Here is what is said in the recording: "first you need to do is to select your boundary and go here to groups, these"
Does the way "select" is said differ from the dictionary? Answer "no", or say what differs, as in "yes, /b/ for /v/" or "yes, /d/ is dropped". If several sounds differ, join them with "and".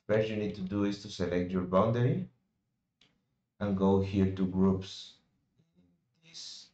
no